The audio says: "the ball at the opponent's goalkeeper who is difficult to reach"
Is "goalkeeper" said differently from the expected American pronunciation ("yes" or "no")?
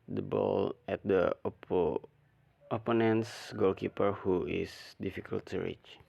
no